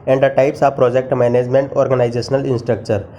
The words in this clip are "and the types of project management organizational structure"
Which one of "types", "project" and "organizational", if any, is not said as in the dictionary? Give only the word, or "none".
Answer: organizational